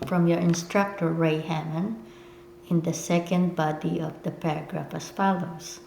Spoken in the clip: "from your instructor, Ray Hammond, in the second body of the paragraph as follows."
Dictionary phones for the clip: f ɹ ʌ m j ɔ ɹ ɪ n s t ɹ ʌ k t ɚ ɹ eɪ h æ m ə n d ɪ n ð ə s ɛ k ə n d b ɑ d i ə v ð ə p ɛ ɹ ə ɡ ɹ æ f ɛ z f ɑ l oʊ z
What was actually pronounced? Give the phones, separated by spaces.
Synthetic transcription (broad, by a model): f ɹ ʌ m j ɔ ɹ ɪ n s t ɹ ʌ k t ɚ ɹ eɪ h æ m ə n ɪ n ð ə s ɛ k ə n d b ɑ d i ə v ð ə p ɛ ɹ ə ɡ ɹ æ f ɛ s f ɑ l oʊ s